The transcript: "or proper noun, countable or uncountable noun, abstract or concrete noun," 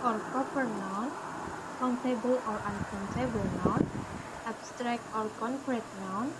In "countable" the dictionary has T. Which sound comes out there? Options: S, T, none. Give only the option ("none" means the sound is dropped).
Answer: S